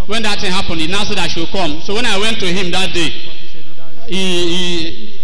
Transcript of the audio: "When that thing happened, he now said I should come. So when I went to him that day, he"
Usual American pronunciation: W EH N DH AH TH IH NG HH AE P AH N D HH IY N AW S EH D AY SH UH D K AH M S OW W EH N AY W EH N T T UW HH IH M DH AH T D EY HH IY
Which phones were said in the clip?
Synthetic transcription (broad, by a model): W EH N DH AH T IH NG HH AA P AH N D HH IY N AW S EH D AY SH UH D K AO M S OW W EH N AY W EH N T T UW HH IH M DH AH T D EY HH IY